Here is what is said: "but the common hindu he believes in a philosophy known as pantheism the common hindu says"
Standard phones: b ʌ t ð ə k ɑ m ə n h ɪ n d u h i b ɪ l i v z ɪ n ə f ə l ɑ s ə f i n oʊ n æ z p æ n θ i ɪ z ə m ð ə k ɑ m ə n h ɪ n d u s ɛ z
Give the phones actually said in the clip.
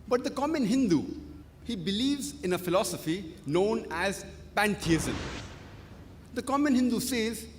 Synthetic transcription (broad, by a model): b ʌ t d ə k ɑ m ə n h ɪ n d u h i b ɪ l i v z ɪ n ə f ə l ɑ s ə f i n oʊ n æ z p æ n t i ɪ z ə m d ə k ɑ m ə n h ɪ n d u s ɛ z